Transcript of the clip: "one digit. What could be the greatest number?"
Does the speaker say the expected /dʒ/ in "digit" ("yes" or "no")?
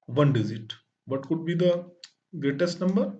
no